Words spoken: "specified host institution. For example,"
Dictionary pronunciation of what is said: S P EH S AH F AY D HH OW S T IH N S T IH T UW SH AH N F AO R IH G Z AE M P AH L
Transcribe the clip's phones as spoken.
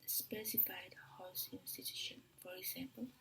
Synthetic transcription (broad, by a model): S P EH S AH F AY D HH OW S IH N S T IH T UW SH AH N F AO R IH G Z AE M P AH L